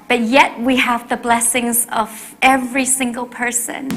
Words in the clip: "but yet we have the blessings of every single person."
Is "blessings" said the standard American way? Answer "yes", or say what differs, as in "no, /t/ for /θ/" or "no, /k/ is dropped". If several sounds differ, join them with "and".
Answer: yes